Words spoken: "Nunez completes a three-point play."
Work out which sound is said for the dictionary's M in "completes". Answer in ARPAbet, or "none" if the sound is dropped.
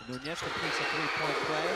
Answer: none